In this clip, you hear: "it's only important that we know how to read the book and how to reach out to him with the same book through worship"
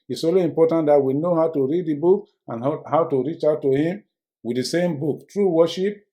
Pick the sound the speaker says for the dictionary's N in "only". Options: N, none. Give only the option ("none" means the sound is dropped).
none